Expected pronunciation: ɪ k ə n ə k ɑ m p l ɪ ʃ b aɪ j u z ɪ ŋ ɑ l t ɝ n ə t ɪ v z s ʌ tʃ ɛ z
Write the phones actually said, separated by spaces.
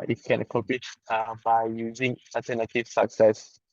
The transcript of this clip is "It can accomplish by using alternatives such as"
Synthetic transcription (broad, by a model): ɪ k ə n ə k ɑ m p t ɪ b aɪ j u z ɪ ŋ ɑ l t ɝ n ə t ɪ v s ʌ s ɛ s